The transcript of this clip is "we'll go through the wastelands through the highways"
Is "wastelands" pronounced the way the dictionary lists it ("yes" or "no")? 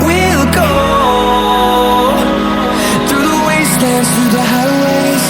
no